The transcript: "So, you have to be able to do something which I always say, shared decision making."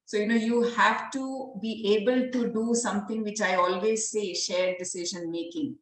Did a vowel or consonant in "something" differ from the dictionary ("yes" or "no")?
yes